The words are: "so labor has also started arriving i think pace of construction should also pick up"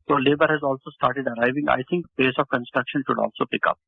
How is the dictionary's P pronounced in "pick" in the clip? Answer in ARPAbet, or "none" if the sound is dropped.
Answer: P